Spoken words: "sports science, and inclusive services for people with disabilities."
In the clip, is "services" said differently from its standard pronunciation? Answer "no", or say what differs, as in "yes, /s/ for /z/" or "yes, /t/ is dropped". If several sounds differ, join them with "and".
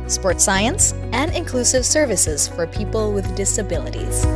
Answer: no